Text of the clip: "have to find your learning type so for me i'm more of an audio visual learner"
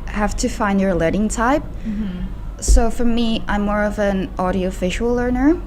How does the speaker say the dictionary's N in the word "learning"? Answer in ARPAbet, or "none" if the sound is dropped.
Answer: none